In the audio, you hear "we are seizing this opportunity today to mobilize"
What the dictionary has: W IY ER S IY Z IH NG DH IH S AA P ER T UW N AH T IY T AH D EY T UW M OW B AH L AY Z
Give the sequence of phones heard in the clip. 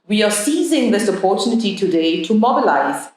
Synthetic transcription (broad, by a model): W IY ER S IY Z IH NG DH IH S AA P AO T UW N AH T IY T AH D EY T UW M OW B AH L AY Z